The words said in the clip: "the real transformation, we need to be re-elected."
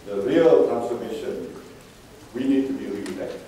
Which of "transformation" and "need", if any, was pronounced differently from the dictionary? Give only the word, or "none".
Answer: transformation